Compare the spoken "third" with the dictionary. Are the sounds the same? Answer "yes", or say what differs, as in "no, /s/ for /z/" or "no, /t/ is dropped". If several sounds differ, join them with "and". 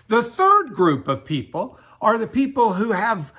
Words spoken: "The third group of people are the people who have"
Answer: yes